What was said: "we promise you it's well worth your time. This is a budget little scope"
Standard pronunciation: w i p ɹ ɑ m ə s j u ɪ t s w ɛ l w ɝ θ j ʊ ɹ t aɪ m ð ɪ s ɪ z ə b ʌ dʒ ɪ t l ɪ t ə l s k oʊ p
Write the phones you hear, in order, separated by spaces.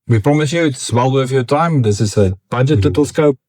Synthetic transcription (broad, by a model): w i p ɹ ɑ m ə s j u ɪ t s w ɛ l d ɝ f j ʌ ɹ t aɪ m ð ɪ s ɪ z ə b ʌ dʒ ɪ t l ɪ t ə l s k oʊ p